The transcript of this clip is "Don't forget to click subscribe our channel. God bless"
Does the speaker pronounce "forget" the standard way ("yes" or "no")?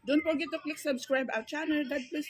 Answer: no